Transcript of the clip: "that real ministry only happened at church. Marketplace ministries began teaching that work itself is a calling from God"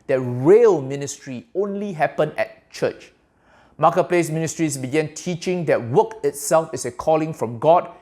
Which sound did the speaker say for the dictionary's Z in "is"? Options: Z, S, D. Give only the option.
S